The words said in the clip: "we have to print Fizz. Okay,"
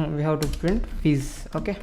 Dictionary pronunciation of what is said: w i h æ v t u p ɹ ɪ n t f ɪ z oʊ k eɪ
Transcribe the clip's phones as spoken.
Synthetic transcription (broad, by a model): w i h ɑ w t u p ɹ ɪ n t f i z oʊ k eɪ